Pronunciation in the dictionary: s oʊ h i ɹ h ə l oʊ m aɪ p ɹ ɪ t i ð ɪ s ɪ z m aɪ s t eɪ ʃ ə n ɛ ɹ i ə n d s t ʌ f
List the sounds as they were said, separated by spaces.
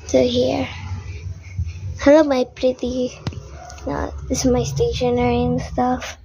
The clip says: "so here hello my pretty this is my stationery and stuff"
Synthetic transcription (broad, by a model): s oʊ h i ɹ h ə l oʊ m aɪ p ɹ ɪ t i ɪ ɪ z m aɪ s t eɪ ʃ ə n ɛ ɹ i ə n s t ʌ f